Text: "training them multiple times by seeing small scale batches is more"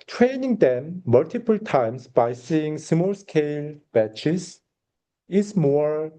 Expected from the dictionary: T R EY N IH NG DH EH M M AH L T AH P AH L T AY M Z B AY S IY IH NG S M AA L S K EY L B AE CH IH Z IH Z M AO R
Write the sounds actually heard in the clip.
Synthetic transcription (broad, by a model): T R EY N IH NG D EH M M AH L T AH P AH L T AY M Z B AY S IY IH NG S M AA L S K EY L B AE CH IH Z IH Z M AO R